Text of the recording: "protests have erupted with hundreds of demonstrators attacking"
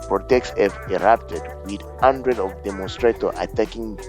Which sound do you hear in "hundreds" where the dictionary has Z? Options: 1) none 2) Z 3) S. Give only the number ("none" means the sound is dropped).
1